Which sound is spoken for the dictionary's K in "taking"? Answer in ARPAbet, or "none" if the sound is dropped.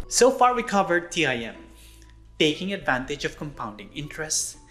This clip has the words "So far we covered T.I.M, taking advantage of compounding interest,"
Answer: K